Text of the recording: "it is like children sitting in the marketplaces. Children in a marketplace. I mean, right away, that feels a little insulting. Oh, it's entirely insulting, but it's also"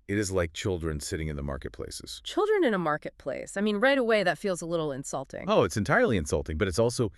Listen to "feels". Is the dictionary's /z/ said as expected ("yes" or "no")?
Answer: yes